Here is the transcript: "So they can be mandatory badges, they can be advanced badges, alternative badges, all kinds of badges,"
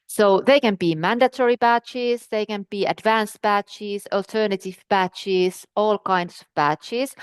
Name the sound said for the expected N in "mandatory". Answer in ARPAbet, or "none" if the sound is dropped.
N